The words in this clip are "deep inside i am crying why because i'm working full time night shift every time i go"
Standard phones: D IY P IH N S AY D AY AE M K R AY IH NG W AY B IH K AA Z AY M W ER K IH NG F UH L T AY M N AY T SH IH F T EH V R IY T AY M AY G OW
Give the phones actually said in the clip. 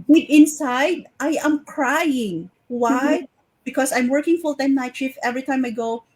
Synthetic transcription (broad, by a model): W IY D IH N S AY D AY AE M K R AY IH NG W AY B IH K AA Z AY M W ER K IH NG F UH L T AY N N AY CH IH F EH V R IY T AY M AY G OW